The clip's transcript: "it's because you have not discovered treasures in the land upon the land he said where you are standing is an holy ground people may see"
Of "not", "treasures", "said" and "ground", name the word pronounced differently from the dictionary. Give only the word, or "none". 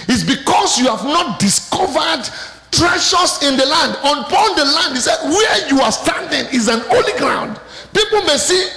treasures